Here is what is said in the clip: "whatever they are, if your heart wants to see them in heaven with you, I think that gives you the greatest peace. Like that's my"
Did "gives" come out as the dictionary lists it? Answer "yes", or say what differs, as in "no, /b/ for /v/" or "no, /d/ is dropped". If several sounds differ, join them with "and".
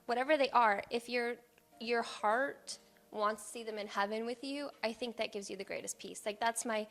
yes